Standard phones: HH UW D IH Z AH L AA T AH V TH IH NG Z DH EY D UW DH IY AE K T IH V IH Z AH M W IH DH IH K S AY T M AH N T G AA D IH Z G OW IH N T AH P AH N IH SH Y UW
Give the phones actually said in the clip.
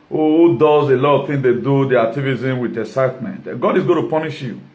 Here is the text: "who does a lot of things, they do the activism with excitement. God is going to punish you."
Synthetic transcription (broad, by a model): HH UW D IH Z AH L AA T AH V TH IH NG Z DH EY D UW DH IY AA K T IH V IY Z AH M W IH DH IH S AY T M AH N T G AA D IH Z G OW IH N T AH P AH N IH SH Y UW